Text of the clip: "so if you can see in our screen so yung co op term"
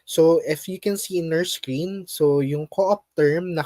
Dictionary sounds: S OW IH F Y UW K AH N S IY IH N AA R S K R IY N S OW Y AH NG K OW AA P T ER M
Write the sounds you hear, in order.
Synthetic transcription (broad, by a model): S OW IH F Y UW K AH N S IY IH N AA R S K R IY N S OW Y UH NG K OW AA P T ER M